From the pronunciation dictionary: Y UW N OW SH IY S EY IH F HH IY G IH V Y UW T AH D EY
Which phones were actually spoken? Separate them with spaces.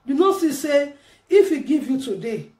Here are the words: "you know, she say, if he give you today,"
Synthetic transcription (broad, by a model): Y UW N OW S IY S EY IH F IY G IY V Y UW T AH D EY